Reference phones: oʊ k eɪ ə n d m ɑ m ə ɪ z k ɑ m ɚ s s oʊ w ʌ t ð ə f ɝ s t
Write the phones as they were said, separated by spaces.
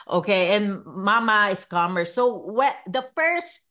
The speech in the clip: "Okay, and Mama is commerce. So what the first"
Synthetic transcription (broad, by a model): oʊ k eɪ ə n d m ɑ m ə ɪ s k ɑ m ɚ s s oʊ w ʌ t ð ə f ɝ s t